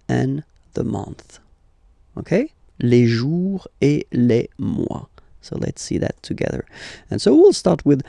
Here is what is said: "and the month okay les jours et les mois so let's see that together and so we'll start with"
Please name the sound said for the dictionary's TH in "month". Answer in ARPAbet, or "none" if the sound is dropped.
TH